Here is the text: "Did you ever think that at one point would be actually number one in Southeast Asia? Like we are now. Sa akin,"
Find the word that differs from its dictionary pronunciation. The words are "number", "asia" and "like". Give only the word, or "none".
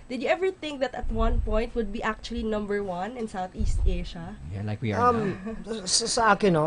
asia